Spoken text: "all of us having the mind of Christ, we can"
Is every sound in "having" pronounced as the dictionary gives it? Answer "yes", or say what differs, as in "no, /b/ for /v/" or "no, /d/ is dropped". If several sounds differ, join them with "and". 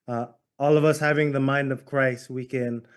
yes